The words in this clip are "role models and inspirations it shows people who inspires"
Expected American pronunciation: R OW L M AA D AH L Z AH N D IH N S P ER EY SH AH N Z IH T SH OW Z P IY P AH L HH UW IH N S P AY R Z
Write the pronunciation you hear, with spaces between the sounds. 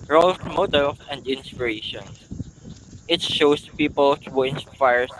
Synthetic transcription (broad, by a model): R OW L M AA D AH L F AH N D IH N S P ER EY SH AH N IH T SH OW S P IY P AH L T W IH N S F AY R